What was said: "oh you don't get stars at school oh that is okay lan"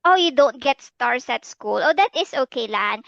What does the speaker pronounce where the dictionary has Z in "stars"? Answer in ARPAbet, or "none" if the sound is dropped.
S